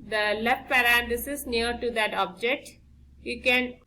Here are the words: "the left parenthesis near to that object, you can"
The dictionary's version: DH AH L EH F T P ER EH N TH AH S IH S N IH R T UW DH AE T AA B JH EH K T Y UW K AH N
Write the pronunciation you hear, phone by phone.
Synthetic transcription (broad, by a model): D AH L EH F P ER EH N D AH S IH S N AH R T UW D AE T AA B JH EH K T Y UW K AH N